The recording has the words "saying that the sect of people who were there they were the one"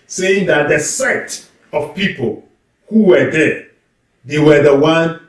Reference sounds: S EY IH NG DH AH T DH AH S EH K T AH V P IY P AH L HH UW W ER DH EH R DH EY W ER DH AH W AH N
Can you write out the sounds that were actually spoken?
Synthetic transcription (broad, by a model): S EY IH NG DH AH T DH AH S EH T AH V P IY P AH L HH UW W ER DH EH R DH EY W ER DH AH W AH N